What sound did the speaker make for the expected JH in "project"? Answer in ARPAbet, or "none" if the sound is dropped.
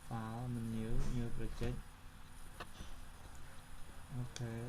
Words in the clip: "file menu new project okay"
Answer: CH